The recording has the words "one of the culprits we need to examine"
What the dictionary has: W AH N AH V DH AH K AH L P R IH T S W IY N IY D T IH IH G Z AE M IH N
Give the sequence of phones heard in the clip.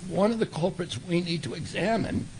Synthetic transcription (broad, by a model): W AH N AH V DH AH K AH L P R IH T S W IY N IY D T IH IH G Z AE M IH N